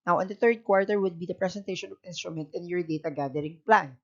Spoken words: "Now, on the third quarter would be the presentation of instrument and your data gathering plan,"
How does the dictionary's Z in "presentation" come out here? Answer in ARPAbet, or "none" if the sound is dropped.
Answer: S